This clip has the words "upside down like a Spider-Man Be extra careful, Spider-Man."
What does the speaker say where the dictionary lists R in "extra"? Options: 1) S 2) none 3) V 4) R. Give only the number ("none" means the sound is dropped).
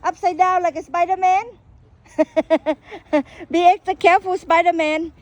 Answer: 2